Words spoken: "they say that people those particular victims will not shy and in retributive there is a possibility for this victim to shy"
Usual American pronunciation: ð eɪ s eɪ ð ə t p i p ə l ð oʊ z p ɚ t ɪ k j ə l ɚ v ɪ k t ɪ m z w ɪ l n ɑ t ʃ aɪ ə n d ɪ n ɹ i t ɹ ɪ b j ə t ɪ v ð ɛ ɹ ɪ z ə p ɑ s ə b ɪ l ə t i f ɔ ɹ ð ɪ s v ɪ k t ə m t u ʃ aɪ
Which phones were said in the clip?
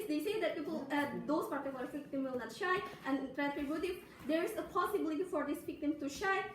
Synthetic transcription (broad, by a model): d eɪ s eɪ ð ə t p i p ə l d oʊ s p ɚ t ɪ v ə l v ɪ k t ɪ m w ɪ l n ɑ t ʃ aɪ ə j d ɪ n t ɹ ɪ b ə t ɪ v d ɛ ɹ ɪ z ə p ɑ s ə b ɪ l ə t i f ɔ ɹ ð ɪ s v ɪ k t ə m t u ʃ aɪ